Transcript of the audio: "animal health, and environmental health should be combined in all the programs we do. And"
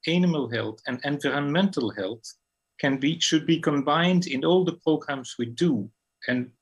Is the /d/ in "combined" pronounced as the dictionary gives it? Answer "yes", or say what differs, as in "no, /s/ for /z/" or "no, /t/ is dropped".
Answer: yes